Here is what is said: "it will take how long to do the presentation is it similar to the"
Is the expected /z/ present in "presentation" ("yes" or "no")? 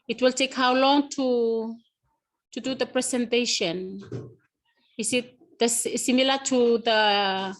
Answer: no